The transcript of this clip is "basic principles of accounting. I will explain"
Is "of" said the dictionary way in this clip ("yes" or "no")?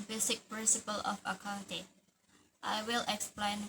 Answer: no